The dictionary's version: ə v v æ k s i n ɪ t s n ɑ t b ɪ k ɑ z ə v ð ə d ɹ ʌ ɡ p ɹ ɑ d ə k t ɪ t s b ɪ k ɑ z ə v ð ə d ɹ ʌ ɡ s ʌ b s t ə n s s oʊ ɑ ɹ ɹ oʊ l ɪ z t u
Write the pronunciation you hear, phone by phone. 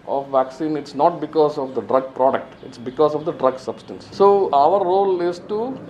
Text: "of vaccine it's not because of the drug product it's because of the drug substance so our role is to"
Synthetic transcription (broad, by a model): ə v v æ k s i n ɪ t s n ɑ t b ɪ k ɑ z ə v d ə d ɹ ʌ ɡ p ɹ ɑ d ə k t ɪ t s b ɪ k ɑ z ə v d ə d ɹ ʌ ɡ s ʌ b s t ə n s s oʊ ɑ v ɹ oʊ l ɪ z t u